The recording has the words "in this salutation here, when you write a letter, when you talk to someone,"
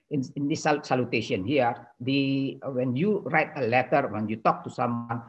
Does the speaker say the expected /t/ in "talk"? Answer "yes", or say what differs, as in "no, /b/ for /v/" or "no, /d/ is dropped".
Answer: yes